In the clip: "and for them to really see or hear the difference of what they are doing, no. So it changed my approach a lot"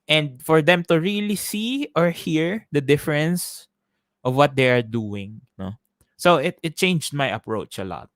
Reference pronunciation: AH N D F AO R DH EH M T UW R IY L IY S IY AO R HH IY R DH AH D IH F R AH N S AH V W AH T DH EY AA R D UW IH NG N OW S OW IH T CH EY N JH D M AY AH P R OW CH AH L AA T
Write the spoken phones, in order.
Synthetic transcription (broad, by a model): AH N D F AO R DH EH M T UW R IY L IY S IY AO R HH IY R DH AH D IH F R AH N S AH V W AH T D EY AA R D UW IH NG N OW S OW IH T CH EY N JH D M AY AH P R OW CH AH L AA T